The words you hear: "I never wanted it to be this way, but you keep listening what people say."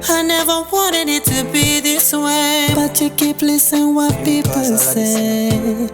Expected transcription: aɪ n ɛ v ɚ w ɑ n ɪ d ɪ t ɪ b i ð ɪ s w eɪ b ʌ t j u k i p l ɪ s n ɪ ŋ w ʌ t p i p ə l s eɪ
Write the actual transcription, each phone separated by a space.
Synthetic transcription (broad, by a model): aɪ n ɛ v ɚ w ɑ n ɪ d ɪ t ɪ b i ð ɪ s w eɪ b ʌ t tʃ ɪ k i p l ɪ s ɪ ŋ w ʌ t p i p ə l s eɪ